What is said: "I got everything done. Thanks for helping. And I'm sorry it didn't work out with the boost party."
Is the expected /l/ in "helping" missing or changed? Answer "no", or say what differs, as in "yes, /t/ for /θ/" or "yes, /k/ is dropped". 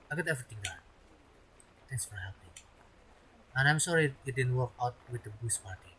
yes, /l/ is dropped